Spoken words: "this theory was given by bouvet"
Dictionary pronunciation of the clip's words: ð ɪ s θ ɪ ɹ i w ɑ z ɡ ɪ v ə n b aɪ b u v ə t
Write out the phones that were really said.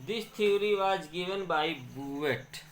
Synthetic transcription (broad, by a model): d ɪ s t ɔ ɹ i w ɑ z ɡ ɪ v ə n b aɪ b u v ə t